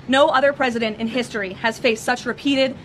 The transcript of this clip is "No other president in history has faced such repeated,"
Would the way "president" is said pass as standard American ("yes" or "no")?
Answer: yes